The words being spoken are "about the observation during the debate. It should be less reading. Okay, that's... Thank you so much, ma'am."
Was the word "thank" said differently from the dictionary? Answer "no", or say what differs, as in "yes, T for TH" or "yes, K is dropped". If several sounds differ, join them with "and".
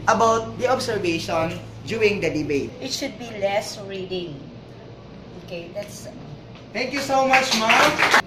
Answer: yes, T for TH